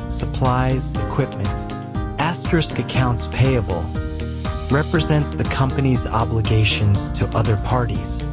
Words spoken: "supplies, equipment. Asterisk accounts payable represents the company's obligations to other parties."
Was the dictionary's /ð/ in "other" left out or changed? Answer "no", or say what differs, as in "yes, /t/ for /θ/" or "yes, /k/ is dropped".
no